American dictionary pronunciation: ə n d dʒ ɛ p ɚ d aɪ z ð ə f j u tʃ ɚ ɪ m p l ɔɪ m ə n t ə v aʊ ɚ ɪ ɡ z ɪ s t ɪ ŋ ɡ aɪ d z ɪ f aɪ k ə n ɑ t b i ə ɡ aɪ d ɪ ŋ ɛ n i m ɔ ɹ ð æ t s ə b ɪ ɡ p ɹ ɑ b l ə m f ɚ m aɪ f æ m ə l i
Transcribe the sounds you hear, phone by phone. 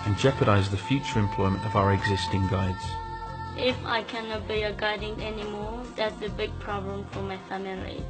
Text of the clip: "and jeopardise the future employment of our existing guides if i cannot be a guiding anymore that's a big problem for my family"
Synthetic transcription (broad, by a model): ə n dʒ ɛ p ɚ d aɪ z ð ə f j u tʃ ɚ ɪ m p l ɔɪ m ə n t ə v aʊ ɚ ɪ ɡ z ɪ s t ɪ ŋ ɡ aɪ d z ɪ f aɪ k ə n ɑ t b i ə ɡ aɪ d ɪ ŋ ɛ n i m ɔ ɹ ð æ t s ə b ɪ ɡ p ɹ ɑ b l ə m f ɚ m aɪ f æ m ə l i